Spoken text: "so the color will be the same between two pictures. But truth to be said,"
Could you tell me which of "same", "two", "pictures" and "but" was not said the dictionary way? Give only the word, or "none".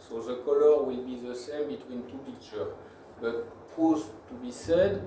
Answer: pictures